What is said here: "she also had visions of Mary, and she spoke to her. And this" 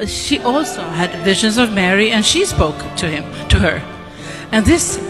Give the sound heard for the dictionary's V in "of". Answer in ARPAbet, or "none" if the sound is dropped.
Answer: V